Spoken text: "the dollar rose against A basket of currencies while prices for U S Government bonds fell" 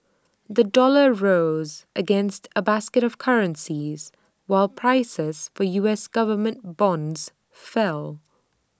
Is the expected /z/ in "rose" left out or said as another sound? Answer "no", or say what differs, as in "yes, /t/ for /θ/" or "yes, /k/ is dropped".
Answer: no